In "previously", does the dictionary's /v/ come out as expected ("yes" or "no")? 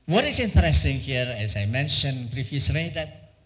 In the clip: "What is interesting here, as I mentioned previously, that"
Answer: no